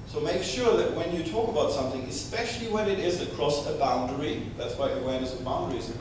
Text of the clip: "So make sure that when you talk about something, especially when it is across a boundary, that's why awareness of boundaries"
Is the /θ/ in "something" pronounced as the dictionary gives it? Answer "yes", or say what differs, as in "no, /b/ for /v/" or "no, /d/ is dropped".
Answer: yes